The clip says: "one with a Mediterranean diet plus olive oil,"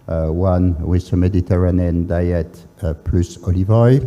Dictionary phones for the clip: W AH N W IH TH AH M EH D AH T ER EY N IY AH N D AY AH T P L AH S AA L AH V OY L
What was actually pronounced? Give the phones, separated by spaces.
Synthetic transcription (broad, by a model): W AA N W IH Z AH M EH D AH T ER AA N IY N D AY AH T P L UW S AA L AH V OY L